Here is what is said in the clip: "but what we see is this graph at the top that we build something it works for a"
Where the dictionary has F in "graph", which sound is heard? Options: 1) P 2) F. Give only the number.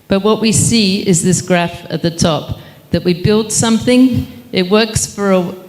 2